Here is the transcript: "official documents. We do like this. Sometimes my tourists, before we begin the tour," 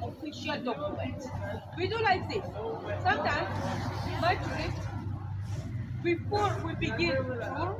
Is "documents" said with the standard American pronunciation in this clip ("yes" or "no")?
no